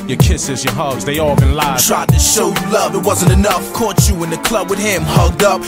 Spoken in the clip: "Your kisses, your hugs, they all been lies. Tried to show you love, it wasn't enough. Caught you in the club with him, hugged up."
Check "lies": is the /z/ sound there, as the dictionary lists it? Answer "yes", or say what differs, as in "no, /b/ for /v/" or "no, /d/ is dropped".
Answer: no, /z/ is dropped